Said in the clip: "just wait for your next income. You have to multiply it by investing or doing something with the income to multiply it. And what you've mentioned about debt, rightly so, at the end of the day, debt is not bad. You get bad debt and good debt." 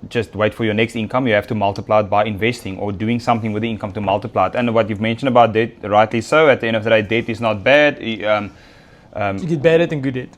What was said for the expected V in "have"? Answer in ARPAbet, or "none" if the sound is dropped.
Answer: F